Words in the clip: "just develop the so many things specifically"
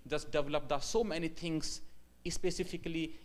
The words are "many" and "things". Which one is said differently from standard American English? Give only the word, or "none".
things